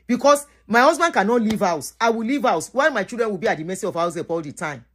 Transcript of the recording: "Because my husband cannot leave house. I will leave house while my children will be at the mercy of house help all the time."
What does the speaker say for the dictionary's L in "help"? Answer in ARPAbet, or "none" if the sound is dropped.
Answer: none